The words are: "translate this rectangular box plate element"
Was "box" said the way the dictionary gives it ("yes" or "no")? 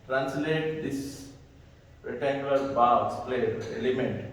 no